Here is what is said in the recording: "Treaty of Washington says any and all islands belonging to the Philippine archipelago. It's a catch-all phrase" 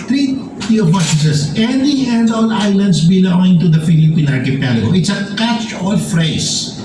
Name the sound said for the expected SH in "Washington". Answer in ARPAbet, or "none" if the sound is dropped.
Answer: S